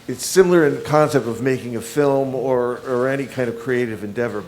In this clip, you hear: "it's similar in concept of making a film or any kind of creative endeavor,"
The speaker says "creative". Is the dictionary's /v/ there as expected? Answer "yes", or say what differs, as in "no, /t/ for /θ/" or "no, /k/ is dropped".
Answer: yes